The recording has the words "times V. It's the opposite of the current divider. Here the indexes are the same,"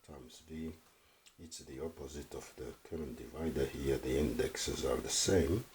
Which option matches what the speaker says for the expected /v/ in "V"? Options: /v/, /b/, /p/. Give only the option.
/b/